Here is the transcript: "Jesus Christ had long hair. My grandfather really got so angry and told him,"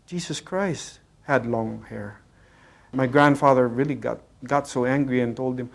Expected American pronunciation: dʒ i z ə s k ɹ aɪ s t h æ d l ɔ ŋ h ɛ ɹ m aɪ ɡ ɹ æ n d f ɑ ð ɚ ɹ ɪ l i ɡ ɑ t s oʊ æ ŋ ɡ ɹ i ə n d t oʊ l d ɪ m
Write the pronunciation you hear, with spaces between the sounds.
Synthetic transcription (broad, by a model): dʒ i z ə s k ɹ aɪ s t h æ d l ɔ ŋ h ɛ ɹ m aɪ ɡ ɹ æ n d f ɑ ð ɚ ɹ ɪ l i ɡ ɑ t s oʊ æ ŋ ɡ ɹ i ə n t oʊ l d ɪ m